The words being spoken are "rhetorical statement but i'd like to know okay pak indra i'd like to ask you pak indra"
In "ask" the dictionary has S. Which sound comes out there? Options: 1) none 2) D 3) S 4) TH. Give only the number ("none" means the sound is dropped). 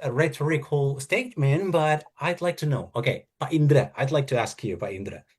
3